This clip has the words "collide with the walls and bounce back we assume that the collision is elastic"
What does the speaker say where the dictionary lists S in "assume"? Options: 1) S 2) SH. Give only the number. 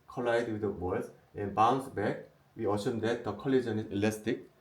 2